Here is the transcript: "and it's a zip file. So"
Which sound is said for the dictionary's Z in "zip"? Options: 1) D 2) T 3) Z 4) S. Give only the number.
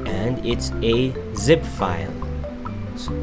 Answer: 3